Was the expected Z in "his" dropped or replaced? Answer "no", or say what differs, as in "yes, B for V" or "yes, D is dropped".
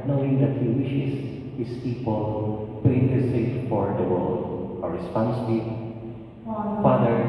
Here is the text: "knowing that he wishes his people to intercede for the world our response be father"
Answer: yes, S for Z